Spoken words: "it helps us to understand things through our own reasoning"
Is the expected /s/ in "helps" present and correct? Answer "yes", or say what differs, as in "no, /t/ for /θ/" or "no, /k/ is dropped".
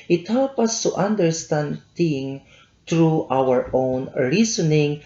no, /s/ is dropped